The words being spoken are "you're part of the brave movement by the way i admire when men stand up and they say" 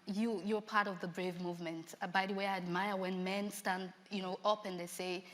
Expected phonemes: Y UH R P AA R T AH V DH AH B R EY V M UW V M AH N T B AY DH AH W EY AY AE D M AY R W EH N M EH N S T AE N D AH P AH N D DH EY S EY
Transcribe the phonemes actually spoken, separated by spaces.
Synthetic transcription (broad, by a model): Y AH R P AA R T AH V DH AH B R EY V M UW V M AH N T B AY DH AH W EY AY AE D M AY R W EH N M EH N S T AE N D AH P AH N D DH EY S EY